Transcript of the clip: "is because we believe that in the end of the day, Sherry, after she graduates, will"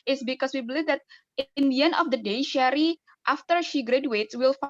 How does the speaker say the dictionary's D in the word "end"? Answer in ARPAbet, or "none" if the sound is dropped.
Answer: none